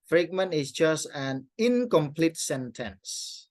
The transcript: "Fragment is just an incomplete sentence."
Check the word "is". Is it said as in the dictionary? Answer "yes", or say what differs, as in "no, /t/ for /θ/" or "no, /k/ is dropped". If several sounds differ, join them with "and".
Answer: no, /s/ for /z/